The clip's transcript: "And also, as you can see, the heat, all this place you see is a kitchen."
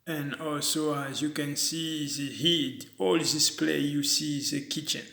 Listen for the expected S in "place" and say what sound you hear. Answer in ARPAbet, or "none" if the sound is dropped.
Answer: none